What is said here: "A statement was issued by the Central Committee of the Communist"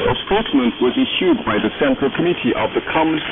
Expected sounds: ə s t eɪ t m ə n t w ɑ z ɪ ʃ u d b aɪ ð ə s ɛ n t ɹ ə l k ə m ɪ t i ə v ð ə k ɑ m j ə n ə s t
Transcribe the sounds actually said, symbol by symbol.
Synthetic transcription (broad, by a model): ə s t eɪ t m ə n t w ɑ z ɪ ʃ u d b aɪ ð ə s ɛ n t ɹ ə l k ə m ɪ t i ə v ð ə k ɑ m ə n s